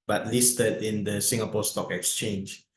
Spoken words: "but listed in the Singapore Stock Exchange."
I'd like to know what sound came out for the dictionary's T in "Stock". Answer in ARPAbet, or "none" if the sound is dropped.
T